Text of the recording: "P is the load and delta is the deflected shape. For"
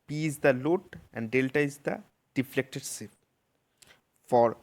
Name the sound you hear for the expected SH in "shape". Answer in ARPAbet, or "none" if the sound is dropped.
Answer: S